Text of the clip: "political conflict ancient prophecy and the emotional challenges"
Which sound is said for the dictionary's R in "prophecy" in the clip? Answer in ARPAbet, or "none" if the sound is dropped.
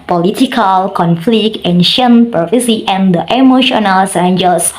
none